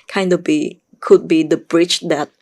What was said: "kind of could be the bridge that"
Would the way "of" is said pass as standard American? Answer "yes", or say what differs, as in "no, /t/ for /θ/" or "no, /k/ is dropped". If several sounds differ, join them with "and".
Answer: no, /b/ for /v/